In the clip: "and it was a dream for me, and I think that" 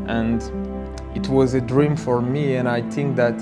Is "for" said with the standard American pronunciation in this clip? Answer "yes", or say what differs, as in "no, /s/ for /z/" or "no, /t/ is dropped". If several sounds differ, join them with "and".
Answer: yes